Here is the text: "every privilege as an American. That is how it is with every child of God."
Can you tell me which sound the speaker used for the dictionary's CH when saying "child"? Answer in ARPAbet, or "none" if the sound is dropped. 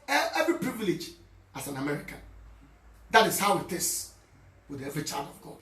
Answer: CH